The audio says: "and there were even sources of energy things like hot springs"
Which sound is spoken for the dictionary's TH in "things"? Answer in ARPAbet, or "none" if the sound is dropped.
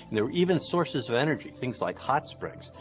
TH